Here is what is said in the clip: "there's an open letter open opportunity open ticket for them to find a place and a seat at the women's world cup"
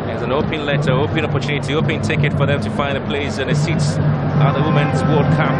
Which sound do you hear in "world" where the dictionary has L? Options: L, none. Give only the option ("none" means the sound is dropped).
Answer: none